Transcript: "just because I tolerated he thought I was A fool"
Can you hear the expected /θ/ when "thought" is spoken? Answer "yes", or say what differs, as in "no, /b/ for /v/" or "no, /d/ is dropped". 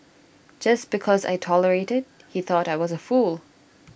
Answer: yes